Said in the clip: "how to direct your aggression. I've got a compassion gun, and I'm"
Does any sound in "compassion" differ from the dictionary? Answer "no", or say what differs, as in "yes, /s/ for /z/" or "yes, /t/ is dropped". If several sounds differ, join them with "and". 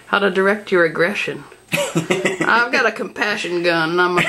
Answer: no